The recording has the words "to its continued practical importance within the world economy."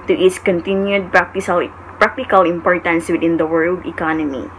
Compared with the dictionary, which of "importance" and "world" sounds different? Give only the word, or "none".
none